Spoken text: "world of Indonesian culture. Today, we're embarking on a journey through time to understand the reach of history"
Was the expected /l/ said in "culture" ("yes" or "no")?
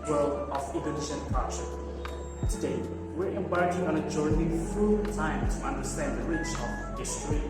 no